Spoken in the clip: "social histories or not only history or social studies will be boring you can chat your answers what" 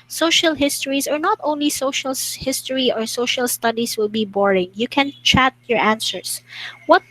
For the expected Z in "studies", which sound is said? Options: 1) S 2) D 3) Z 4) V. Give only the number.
1